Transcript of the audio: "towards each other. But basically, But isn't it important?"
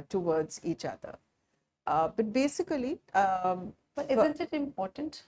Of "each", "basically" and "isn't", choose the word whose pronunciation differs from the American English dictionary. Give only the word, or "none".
basically